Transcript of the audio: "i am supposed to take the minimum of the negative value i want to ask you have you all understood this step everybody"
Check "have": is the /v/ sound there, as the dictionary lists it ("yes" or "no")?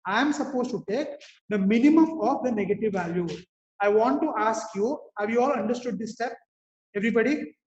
yes